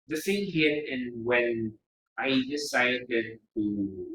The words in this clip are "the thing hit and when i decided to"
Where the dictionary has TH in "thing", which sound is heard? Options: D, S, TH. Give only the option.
S